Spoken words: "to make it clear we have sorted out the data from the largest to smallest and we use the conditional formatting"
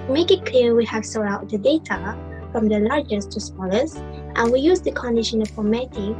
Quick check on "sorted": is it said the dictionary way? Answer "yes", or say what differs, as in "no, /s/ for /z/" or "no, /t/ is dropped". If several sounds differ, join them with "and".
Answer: no, /d/ is dropped